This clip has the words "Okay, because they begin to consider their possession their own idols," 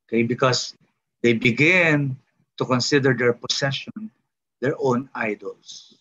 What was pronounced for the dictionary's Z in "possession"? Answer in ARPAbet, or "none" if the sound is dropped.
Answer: S